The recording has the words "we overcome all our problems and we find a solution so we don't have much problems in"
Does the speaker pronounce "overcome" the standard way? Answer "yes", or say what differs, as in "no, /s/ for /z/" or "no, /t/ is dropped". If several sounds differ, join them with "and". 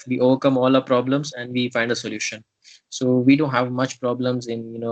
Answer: yes